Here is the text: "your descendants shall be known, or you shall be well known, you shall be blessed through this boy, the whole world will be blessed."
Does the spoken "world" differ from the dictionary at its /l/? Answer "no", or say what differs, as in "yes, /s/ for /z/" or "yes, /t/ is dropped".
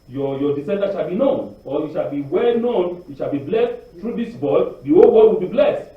yes, /l/ is dropped